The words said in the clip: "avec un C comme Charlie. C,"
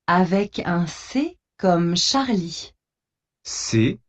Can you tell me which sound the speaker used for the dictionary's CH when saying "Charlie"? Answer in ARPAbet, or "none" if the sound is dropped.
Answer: SH